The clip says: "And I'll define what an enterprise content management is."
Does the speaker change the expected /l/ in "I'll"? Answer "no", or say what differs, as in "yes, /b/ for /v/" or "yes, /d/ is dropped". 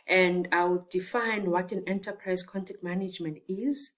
yes, /w/ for /l/